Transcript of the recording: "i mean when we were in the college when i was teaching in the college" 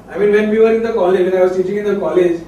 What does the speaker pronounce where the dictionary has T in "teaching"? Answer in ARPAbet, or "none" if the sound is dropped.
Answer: S